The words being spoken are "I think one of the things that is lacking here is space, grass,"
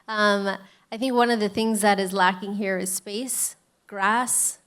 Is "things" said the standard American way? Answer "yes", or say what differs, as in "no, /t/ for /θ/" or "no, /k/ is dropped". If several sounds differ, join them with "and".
yes